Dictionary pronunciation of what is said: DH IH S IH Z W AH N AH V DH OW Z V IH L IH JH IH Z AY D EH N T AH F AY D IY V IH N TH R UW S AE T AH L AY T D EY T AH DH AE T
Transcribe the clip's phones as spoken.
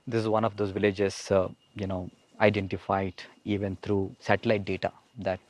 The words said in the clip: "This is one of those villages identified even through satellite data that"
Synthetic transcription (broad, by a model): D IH S IH Z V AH N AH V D OW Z V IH L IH JH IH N AY D EH N T AH F AY D IY V IH N T R UW S AE T AH L AY T D EY T AH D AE T